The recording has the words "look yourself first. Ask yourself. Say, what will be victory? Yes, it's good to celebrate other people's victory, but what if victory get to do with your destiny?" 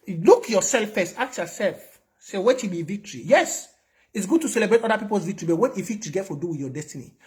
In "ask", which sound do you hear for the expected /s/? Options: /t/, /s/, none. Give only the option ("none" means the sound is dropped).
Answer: none